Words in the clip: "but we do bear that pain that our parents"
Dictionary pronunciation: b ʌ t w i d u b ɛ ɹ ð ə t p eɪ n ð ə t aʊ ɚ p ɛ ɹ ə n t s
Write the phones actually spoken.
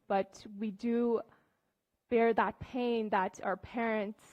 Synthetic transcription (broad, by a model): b ʌ t w i d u b ɛ ɹ ð ə t p eɪ n ð ə t aʊ ɚ p ɛ ɹ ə n t s